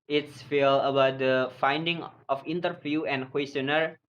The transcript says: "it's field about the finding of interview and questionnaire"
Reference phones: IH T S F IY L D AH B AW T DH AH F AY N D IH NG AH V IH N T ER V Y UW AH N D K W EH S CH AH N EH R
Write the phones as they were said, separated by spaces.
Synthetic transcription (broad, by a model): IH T S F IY L AH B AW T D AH F AY N D IH NG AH F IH N T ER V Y UW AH N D K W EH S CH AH N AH R